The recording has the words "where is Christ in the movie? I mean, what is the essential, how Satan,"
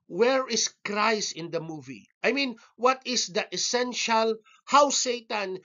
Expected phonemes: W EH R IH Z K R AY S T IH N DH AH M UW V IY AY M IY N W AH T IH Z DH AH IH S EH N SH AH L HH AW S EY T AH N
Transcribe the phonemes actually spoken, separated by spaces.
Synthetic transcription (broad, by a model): W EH R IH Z K R AY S IH N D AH M UW V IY AY M IY N W AH T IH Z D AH IH S EH N SH AH L HH AW S EY T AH N